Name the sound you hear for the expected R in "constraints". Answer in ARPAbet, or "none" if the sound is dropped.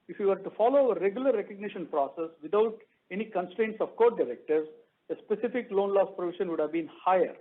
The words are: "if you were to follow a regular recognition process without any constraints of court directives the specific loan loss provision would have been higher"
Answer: R